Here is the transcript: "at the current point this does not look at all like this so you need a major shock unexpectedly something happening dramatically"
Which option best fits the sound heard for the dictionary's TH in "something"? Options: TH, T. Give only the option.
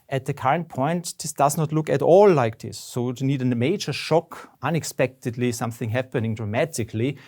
TH